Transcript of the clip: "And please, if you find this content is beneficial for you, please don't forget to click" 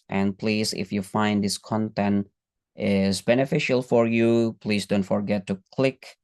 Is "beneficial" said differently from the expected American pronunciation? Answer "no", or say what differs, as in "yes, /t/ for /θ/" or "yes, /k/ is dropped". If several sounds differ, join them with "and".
no